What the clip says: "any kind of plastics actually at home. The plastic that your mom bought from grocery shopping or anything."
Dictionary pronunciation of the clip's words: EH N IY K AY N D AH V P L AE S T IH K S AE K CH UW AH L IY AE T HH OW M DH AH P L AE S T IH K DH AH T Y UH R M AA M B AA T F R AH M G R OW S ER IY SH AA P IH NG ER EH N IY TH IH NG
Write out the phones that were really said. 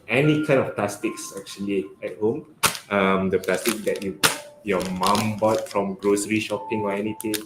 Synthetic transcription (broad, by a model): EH N IY K AY N AH F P L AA S T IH K S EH K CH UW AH L IY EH T HH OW M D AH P L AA S T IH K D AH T Y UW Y M AA M B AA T F R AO M G R OW S ER IY SH AA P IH NG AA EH N IY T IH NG